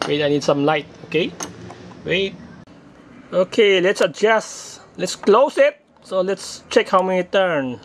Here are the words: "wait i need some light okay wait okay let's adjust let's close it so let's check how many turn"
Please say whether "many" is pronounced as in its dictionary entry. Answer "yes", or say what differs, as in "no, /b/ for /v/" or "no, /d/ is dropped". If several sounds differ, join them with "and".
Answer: no, /n/ is dropped